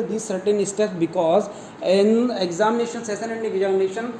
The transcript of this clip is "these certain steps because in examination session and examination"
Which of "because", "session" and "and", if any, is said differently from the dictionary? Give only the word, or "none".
session